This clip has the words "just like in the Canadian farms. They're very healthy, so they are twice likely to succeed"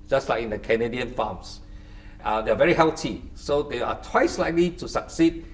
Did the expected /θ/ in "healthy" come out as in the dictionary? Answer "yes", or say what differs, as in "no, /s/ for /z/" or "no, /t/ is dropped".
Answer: no, /t/ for /θ/